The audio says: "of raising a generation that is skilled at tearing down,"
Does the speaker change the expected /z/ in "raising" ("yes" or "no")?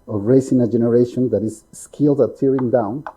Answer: yes